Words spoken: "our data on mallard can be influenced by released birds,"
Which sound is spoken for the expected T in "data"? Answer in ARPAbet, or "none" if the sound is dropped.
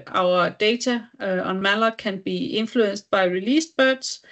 S